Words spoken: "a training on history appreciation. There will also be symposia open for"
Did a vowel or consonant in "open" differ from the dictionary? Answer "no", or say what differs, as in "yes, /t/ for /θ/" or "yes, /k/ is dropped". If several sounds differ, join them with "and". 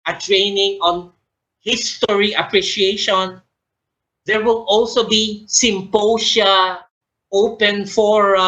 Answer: no